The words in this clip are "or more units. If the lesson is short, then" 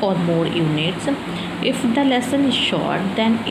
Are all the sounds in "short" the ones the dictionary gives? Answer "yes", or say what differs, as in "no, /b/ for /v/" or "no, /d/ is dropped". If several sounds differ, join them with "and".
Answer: yes